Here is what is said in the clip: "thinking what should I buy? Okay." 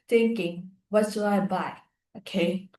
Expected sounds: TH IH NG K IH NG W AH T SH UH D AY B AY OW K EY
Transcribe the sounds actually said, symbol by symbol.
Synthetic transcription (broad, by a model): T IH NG K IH NG W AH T S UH AY B AY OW K EY